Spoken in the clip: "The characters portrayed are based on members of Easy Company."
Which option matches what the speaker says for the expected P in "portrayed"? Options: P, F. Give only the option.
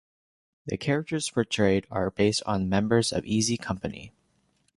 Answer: F